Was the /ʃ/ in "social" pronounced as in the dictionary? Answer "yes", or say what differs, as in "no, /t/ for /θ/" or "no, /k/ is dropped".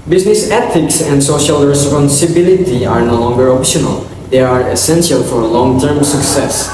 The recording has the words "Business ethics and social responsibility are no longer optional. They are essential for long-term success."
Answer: yes